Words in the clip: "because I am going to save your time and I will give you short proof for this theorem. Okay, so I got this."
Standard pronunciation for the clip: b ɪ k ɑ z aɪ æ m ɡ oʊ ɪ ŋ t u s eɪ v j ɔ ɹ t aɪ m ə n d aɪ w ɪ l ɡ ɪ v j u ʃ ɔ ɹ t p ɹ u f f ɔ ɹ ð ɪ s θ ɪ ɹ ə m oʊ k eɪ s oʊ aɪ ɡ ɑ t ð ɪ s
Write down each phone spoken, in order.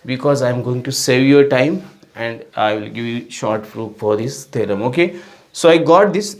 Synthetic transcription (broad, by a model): b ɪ k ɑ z aɪ m ɡ oʊ ɪ ŋ t u s eɪ v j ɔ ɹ t aɪ m ə n d aɪ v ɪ l ɡ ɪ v j u ʃ ɔ ɹ t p ɹ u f f ɔ ɹ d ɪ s t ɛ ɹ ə m oʊ k eɪ s oʊ aɪ ɡ ɑ t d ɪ s